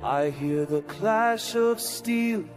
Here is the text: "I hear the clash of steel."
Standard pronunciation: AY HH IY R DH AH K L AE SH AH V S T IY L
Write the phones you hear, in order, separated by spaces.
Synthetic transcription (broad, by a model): AY HH IY R DH AH K L AE SH AH V S T IY L